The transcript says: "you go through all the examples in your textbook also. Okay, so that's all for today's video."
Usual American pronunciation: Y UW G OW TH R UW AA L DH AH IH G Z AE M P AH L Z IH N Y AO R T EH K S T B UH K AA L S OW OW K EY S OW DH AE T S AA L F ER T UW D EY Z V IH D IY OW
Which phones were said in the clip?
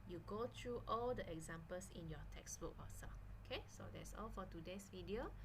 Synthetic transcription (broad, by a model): Y UW G OW T R UW AA L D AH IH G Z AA M P AH L S IH N Y AO T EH K S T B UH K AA S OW OW K EY S OW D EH T S AA L F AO T UW D EY S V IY D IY OW